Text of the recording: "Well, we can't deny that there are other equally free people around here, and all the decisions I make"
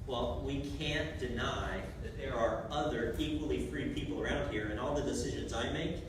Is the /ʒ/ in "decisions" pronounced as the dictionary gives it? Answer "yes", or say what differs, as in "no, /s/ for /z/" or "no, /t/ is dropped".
yes